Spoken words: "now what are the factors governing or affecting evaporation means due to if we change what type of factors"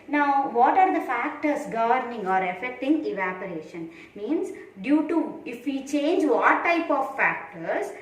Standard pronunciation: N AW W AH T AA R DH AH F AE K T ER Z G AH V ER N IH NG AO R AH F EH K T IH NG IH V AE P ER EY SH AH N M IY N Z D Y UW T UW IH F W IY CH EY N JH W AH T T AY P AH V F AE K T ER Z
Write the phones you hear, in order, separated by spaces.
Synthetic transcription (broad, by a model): N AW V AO T AA R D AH F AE K T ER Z G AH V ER N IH NG AO R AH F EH K T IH NG IH V AE P ER EY SH AH N M IY N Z D Y UW T UW IH F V IY CH EY N JH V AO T T AY P AH V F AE K T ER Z